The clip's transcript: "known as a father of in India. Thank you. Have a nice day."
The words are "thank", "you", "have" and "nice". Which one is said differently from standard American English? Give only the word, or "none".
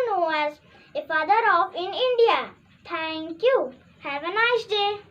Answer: thank